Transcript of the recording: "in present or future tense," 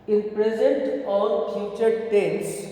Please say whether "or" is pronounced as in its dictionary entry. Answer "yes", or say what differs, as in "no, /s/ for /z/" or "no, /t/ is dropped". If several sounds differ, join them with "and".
no, /l/ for /ɹ/